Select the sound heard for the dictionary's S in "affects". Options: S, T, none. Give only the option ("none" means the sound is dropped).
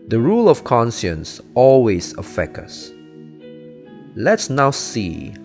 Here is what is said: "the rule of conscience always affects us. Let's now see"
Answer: none